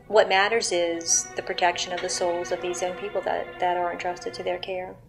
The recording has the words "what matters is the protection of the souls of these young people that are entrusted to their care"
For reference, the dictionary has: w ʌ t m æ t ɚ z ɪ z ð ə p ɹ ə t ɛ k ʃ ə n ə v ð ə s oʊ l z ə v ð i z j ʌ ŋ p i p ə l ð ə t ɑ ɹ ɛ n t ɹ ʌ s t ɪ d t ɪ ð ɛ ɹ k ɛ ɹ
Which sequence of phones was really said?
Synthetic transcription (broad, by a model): w ʌ t m æ t ɚ z ɪ z ð ə p ɹ ə t ɛ k ʃ ə n ə v ð ə s oʊ l z ə v ð i z j ʌ ŋ p i p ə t ð ə t ɑ ɹ ɛ n t ɹ ʌ s t ɪ d t ɪ ð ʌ ɹ k ɛ ɹ